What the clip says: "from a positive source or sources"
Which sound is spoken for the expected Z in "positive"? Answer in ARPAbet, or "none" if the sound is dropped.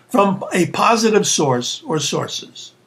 Z